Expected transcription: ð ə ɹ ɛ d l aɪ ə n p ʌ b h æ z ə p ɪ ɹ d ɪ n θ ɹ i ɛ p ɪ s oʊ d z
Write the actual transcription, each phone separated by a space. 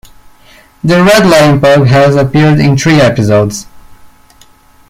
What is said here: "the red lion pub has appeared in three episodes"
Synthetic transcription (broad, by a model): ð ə ɹ ɛ d l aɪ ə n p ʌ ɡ h æ z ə p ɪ ɹ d ɪ n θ ɹ i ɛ p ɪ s oʊ d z